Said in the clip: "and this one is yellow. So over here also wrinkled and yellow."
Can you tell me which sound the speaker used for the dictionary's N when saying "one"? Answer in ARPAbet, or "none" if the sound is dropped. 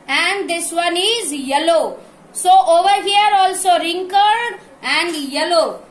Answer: N